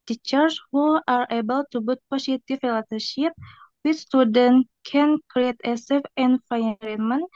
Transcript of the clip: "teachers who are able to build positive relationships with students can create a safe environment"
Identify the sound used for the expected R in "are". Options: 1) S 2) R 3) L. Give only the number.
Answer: 2